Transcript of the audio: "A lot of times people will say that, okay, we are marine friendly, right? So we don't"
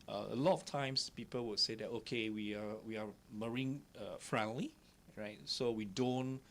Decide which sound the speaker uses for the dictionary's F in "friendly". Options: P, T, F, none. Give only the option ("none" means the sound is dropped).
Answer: F